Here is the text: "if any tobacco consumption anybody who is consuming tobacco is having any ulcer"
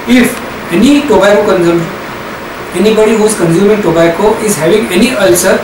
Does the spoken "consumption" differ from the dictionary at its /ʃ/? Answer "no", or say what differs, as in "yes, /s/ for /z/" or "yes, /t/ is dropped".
yes, /ʃ/ is dropped